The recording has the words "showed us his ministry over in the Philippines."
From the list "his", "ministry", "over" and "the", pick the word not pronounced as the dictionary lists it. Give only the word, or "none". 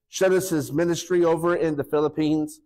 none